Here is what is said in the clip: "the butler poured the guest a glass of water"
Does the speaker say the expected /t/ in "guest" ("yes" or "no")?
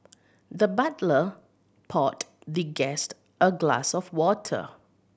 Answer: yes